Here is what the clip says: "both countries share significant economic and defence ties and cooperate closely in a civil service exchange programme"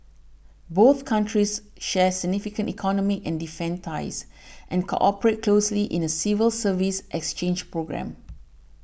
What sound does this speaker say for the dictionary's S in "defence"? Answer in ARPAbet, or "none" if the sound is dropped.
none